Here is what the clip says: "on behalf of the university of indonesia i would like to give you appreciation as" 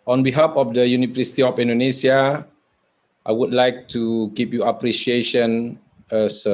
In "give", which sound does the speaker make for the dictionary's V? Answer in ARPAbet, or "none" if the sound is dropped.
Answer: P